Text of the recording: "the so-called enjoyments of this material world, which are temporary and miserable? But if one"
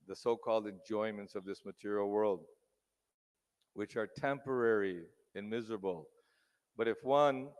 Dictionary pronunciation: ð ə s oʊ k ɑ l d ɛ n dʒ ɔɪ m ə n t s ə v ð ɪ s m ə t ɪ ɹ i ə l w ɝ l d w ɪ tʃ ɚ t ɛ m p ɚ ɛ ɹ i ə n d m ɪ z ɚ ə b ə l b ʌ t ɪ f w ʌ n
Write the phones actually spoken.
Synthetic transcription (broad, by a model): ð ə s oʊ k ɑ l d ɛ n dʒ ɔɪ m ə n t s ə v ð ɪ s m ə t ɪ ɹ i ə l w ɝ l d w ɪ tʃ ɚ t ɛ m p ɚ ɛ ɹ i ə n m ɪ z ɚ ə b ə l b ʌ t ɪ f w ʌ n